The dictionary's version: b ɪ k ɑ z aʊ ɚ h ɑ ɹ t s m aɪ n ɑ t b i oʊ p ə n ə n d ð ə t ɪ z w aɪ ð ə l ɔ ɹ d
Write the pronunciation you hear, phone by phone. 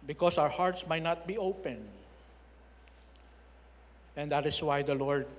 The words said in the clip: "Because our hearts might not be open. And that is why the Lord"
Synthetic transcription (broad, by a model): b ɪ k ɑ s aʊ ɚ h ɑ ɹ t s m aɪ n ɑ t b i oʊ p ə n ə n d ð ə t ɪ s w aɪ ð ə l ɔ ɹ d